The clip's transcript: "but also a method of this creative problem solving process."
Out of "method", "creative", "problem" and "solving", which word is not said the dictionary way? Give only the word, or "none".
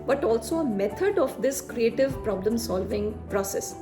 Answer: method